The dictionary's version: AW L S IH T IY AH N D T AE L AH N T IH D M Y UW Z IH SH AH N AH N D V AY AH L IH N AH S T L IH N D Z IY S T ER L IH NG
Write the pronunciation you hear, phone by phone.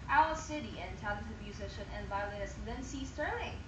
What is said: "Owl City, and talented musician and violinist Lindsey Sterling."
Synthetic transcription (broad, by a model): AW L S IH T IY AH N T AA AH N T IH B M Y UW Z IH SH AH N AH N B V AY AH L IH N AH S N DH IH N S IY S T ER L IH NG